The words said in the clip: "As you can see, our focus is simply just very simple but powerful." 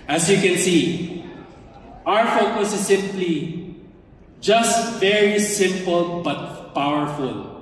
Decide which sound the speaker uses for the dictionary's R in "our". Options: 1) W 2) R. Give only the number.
2